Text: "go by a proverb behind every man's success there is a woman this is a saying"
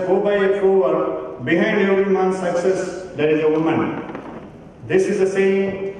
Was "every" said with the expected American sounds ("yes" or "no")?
no